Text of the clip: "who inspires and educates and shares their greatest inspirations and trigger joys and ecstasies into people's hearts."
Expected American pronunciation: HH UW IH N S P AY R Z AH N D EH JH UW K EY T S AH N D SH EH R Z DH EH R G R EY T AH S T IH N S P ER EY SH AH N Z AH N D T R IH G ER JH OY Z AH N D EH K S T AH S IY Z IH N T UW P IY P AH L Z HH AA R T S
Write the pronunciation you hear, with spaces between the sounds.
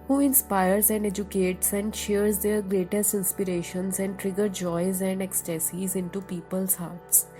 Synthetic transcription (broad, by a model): HH UW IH N S P AY R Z AH N D EH JH UW K EY T S AH N D SH EH R Z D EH R G R EY T AH S T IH N S P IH EY SH AH N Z AH N D T R IH G ER JH OY Z AH N D EH K S T AH S IY Z IH N T UW P IY P AH L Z HH AA R T S